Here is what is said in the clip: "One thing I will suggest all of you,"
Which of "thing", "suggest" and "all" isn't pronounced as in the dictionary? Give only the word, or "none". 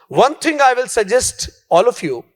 thing